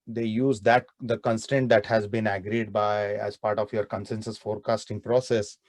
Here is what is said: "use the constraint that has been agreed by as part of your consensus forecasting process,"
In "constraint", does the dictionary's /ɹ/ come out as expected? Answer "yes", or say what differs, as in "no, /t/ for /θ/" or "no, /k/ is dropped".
no, /ɹ/ is dropped